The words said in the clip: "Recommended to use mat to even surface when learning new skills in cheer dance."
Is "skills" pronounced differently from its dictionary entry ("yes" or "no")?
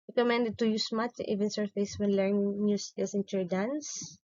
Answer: yes